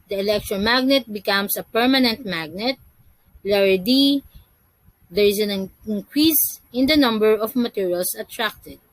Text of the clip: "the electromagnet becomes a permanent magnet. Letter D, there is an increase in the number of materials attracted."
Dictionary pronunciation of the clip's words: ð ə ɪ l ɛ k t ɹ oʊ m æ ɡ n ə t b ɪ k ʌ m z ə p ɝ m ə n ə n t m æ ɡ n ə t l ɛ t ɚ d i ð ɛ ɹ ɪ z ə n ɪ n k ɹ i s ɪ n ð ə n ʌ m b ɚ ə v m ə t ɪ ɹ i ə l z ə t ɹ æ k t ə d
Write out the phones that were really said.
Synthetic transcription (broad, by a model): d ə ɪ l ɛ k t ɹ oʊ m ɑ ɡ n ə t b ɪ k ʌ m s ə p ɝ m ə n ə n t m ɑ ɡ n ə t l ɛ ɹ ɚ d i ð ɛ ɹ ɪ s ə n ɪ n k ɹ i s ɪ n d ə n ʌ m b ɚ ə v m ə t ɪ ɹ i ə l s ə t ɹ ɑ k t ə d